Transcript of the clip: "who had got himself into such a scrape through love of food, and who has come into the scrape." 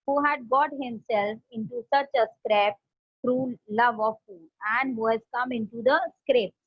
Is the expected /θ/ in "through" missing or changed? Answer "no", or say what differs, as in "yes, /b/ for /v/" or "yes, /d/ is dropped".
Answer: yes, /t/ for /θ/